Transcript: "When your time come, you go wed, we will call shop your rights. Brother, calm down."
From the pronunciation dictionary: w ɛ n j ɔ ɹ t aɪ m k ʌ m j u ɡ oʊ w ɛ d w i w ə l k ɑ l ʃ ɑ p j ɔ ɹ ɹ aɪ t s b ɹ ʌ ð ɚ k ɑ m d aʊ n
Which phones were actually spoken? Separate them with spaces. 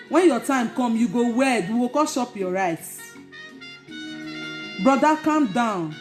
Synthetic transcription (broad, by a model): w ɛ n j ɔ t aɪ m k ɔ m j u ɡ oʊ w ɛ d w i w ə k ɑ ʃ ɑ p j ɔ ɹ ɹ aɪ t b ɹ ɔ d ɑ k ɑ m d aʊ n